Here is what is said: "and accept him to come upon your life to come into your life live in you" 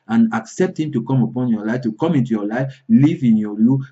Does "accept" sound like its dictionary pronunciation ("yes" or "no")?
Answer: yes